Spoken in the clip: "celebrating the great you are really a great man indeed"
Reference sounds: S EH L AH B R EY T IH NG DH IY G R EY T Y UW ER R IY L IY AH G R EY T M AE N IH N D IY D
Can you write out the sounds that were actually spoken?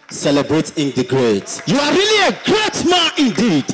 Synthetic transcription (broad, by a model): S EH L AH B R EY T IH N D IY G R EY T Y UW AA R IY L IY AH G R EY T M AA IH N D IY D